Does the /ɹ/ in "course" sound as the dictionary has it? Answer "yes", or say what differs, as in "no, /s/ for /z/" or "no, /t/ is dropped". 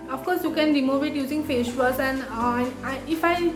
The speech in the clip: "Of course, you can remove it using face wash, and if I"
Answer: yes